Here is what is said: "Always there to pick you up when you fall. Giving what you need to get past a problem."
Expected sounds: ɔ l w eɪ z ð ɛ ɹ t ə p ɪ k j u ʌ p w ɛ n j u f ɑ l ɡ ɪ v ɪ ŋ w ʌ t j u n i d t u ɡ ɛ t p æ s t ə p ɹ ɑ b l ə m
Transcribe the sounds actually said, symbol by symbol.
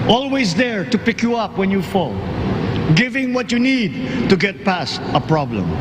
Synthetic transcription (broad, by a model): ɔ l w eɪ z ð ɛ ɹ t ə p ɪ k j u ʌ p w ɛ n j u f ɑ l ɡ ɪ v ɪ ŋ w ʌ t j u n i d t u ɡ ɛ t p æ s t ə p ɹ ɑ b l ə m